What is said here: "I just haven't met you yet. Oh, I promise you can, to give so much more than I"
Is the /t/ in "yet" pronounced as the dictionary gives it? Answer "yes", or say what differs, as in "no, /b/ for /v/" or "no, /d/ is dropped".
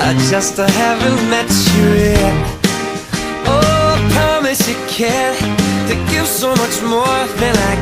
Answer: no, /t/ is dropped